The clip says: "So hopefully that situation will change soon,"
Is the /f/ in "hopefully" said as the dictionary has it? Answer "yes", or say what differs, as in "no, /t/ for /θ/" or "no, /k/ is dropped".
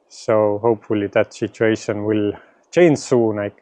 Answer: yes